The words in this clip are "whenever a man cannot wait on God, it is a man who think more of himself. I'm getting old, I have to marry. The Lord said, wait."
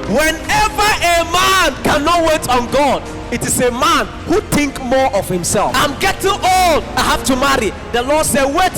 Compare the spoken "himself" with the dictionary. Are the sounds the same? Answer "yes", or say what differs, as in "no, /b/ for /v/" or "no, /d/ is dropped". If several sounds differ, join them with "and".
yes